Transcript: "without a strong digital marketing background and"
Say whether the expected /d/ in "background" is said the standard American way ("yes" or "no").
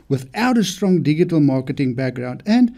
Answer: yes